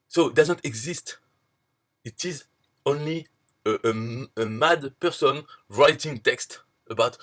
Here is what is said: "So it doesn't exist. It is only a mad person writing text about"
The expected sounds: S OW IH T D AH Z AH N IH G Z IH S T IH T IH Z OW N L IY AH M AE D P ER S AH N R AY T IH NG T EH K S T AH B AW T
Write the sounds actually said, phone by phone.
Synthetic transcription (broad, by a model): S OW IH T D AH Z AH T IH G Z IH S T IH T IH Z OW N L IY AH M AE D P ER S AH N R AY T IH NG T EH K S T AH B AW T